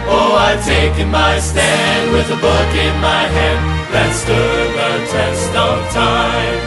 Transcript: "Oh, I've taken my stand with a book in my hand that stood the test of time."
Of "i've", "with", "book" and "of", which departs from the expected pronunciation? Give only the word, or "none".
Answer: of